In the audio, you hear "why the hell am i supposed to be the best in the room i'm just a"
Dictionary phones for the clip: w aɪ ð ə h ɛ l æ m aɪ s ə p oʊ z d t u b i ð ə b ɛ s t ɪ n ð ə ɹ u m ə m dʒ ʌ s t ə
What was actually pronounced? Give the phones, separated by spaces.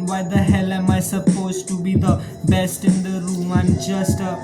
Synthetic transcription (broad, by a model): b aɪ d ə h ɛ l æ m aɪ s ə p oʊ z t u b i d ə b ɛ s t ɪ n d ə ɹ u m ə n dʒ ʌ s t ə